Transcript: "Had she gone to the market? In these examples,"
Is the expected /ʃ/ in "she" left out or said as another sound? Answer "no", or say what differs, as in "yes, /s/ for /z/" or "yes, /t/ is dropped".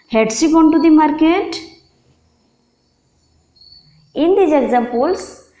yes, /s/ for /ʃ/